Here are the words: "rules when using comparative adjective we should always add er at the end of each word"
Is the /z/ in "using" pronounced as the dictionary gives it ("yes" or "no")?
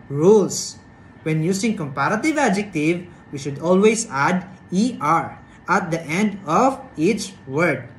no